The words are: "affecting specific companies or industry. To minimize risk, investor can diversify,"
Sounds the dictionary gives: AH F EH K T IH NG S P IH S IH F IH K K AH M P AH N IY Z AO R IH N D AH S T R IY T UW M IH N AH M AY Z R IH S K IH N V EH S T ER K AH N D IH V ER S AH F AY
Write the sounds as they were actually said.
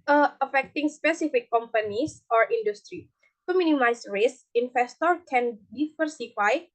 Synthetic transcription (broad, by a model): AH F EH K T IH NG S P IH S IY F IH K K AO M P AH N IY S AO R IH N D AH S T R IY T UW M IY N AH M AY S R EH S IH N F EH S T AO K AH N D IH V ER S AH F AY